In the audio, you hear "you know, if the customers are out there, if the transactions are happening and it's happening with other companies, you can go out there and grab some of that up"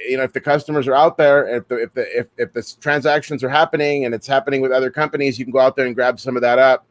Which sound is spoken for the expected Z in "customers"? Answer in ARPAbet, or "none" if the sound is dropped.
Z